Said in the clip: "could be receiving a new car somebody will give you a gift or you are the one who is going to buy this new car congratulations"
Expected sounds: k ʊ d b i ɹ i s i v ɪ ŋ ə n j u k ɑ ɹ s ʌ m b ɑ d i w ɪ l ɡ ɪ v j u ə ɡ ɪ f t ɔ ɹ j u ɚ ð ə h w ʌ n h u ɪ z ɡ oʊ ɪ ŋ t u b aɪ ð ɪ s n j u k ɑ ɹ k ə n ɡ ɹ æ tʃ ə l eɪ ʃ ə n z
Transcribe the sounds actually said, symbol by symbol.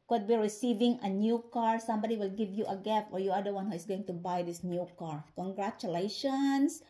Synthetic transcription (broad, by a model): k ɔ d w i ɹ i s i v ɪ ŋ ə n j u k ɑ ɹ s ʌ m b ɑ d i w ɪ l ɡ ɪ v j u ə ɡ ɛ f ɔ ɹ j u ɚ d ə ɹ w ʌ n h u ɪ s ɡ oʊ ɪ ŋ t u b aɪ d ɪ s n j u k ɑ ɹ k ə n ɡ ɹ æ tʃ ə l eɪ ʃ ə n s